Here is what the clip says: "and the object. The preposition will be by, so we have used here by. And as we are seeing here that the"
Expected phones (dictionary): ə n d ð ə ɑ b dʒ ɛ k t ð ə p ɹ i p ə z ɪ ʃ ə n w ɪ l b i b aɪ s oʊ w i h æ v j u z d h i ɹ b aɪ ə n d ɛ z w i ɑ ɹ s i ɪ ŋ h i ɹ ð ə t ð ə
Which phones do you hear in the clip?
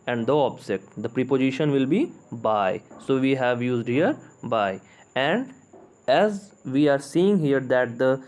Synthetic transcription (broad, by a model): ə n d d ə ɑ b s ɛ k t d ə p ɹ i p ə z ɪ ʃ ə n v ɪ l b i b aɪ s oʊ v i h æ v j u z d h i ɹ b aɪ ə n d ɛ z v i ɑ ɹ s i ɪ ŋ h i ɹ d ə t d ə